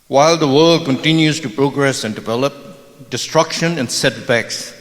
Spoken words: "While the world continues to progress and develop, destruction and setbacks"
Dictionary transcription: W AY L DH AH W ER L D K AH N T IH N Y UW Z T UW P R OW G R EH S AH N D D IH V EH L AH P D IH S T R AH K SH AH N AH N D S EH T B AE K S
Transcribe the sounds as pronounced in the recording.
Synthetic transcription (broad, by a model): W AY L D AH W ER L D K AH N T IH N Y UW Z T UW P R OW G R EH S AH N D D IH V EH L AH P D IH S T R AH K SH AH N AH N D S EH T B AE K S